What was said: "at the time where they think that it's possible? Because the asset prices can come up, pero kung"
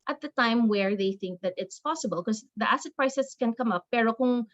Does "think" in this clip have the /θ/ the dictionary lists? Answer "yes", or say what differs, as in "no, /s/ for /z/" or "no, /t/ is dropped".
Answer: yes